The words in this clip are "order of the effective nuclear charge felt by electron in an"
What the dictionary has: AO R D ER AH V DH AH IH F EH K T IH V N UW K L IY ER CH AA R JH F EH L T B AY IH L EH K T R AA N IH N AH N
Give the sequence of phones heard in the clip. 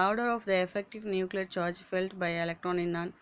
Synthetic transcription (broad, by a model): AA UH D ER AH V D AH IH F EH K T IH V N UW K L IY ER CH AA R JH F EH L T B AY IH L EH K T R AA N IH N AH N